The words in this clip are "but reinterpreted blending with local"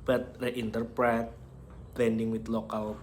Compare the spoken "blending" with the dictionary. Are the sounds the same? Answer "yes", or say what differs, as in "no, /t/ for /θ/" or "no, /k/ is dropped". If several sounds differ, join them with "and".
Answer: no, /l/ is dropped